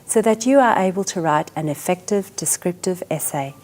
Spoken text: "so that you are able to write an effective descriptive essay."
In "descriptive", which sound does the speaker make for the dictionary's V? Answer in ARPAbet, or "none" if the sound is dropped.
V